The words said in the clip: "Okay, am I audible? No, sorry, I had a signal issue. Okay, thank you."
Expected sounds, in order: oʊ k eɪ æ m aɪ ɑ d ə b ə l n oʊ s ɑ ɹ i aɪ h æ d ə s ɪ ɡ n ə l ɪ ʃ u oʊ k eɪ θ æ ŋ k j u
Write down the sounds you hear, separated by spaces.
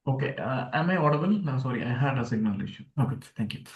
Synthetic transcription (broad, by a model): oʊ k eɪ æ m aɪ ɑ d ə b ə l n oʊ s ɑ ɹ i aɪ h æ d ə s ɪ ɡ n ə l ɪ ʃ u oʊ k eɪ t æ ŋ k j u